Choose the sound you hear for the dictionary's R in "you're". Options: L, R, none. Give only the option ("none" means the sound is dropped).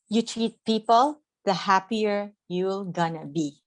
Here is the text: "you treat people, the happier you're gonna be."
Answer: L